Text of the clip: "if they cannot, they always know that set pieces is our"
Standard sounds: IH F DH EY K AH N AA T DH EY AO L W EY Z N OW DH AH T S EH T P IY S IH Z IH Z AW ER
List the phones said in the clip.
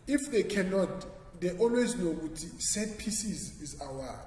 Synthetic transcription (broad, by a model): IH F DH EY K AH N AA T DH EY AO L W EY Z N OW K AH T S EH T P IY S IH Z IH Z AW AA